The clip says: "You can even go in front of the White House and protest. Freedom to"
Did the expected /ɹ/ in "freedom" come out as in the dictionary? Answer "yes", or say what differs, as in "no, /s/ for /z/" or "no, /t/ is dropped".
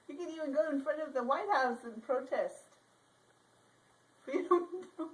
no, /ɹ/ is dropped